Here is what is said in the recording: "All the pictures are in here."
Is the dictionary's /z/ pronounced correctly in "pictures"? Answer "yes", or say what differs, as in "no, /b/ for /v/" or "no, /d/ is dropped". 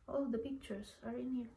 no, /s/ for /z/